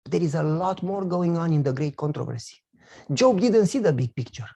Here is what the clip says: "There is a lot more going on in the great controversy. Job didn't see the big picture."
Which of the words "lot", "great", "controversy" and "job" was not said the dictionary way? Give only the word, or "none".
none